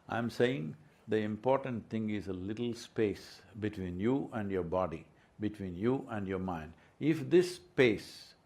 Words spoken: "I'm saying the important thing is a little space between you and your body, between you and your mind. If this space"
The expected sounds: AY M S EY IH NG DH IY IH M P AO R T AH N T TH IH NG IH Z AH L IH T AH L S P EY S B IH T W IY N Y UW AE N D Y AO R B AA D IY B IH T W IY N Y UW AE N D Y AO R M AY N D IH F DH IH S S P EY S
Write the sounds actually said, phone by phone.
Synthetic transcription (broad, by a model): AY M S EY IH NG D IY IH M P AO R T AH N T T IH NG IH Z AH L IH T L S P EY S B IH T W IY N Y UW AE N D Y AO R B AA D IY B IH T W IY N Y UW AE N D Y AO R M AY N D IH F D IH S S P EY S